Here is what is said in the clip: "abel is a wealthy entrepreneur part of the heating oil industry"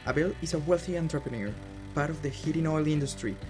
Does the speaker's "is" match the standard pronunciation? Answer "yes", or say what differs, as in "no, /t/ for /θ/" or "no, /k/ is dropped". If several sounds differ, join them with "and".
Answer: no, /s/ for /z/